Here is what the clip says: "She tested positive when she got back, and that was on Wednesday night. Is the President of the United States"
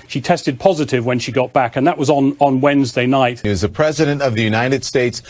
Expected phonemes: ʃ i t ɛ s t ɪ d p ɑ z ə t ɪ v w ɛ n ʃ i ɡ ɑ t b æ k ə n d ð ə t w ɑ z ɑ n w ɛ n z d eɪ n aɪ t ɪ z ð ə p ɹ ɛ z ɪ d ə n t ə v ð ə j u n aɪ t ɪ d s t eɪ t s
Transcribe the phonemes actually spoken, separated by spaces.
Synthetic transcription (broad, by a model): ʃ i t ɛ s t ɪ d p ɑ z ə t ɪ v w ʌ n ʃ i ɡ ɑ t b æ k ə n ð ə t w ɑ z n n w ɛ n z d eɪ n aɪ t ɪ z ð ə p ɹ ɛ z ɪ d ə n t ə v ð ə j u n aɪ t ɪ d s t eɪ t s